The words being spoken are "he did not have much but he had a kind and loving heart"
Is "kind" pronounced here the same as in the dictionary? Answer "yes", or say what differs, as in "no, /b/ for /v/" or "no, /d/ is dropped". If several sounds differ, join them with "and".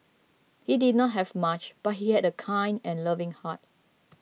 yes